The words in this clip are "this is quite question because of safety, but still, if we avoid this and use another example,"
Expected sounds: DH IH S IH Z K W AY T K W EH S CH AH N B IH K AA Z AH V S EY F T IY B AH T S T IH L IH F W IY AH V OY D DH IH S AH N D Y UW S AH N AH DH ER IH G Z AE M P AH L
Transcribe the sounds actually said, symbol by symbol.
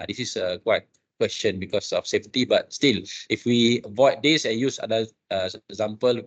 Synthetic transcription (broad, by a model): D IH S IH S K W AY T K W EH S CH AH N B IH K AA S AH F S EY F T IY B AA T S T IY L IH F W IY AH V OY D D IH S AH N Y UW S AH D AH ER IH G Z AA M P AH L